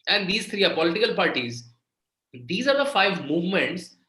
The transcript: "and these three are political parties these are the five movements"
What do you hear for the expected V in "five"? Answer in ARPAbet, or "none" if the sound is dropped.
V